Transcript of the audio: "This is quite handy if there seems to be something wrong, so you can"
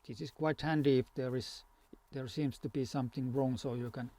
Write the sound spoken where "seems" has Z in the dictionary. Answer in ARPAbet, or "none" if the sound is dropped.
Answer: S